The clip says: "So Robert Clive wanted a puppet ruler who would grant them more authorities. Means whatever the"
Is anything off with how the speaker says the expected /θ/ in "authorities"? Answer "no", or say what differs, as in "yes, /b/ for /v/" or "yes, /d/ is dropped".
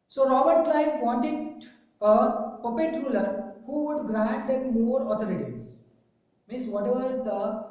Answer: yes, /t/ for /θ/